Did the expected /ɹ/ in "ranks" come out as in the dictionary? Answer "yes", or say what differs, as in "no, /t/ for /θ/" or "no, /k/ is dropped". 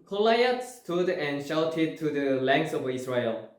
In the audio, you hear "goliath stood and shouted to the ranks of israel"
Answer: no, /l/ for /ɹ/